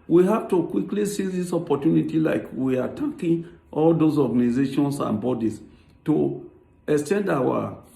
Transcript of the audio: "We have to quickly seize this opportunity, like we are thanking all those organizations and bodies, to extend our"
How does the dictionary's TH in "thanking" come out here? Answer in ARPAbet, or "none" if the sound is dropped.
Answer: T